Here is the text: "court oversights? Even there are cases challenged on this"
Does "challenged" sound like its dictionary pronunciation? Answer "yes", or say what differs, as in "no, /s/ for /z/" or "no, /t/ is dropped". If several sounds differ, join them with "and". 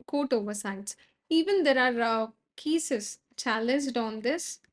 yes